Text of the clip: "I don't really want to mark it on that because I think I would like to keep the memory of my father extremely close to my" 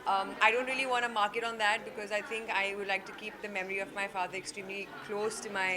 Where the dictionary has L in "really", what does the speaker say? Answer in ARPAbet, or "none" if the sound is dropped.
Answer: L